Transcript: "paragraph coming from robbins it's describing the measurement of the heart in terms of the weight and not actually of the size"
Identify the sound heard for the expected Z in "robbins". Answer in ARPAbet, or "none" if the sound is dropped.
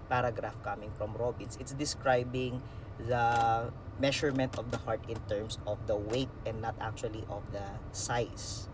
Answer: S